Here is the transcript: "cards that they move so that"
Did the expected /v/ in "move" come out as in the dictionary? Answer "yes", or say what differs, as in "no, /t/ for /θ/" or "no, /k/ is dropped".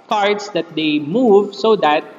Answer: yes